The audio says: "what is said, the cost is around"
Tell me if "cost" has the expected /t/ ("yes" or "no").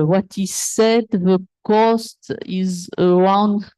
yes